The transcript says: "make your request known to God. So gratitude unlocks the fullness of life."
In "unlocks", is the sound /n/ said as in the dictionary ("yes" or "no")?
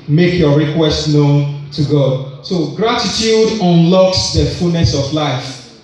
yes